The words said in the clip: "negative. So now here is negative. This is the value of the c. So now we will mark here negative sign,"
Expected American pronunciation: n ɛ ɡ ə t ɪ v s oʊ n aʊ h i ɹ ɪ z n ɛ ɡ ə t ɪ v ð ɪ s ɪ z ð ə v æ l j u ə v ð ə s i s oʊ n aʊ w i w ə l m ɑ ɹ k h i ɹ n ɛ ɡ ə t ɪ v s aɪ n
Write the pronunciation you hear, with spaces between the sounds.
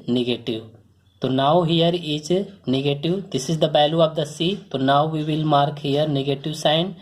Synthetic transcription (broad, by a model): n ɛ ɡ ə t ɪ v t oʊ n aʊ h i ɹ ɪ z n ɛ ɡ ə t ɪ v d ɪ s ɪ z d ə b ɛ l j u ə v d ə s i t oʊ n aʊ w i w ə l m ɑ ɹ k h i ɹ n ɛ ɡ ə t ɪ v s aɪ n